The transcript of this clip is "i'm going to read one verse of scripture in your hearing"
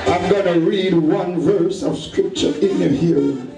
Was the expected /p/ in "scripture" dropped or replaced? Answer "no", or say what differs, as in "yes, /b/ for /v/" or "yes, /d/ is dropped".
no